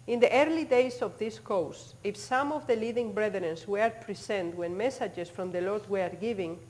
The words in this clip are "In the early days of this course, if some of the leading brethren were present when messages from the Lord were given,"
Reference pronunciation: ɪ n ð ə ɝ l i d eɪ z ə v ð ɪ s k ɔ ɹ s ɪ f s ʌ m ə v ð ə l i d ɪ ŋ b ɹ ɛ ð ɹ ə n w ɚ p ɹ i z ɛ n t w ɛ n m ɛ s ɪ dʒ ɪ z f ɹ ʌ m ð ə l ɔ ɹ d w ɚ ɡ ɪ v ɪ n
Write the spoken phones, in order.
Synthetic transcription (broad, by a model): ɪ n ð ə ɝ l i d eɪ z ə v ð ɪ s k ɔ w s ɪ f s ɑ m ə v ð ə l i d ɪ ŋ b ɹ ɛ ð ɹ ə n w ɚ p ɹ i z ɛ n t w ɛ n m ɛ s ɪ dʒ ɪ s f ɹ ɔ m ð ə l ɔ ɹ d w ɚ ɡ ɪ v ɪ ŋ